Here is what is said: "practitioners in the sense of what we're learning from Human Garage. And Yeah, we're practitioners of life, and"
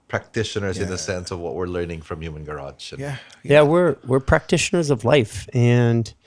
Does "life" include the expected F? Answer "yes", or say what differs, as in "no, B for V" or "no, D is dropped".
yes